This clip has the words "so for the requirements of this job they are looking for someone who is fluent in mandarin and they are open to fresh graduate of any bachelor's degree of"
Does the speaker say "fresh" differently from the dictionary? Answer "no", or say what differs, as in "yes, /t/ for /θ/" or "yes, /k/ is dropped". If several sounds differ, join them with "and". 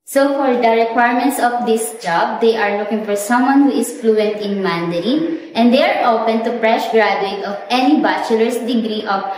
yes, /p/ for /f/